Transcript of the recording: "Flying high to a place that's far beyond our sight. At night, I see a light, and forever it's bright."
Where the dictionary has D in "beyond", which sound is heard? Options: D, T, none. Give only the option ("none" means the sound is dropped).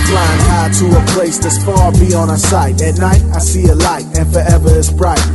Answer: none